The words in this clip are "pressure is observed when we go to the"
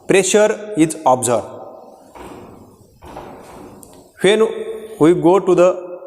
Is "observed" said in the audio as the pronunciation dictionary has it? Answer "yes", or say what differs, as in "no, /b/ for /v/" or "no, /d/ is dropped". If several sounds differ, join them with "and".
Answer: no, /v/ is dropped